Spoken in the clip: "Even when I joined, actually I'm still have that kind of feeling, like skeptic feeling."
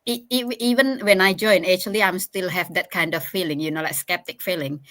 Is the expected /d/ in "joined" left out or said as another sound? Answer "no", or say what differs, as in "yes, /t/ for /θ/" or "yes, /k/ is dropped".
yes, /d/ is dropped